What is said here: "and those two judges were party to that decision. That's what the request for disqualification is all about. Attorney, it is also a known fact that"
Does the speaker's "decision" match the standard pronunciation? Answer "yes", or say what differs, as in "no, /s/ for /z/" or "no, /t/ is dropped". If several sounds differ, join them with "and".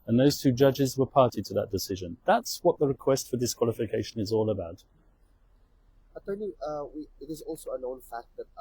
yes